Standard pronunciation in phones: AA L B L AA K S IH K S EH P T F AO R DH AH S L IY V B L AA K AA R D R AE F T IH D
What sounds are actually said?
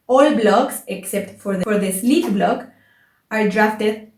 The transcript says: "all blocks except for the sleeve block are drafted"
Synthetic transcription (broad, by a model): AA L B L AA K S IH K S EH P T F AO R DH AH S L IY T B L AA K AA R D R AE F T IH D